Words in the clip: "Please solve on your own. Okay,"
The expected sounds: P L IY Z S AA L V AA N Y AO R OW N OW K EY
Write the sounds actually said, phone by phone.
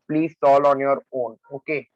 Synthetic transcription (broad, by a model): P L IY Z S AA L AA N Y AO R OW N OW K EY